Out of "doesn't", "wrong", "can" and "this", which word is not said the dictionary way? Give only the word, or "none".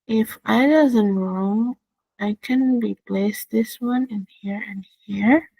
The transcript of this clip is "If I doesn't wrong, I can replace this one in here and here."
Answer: none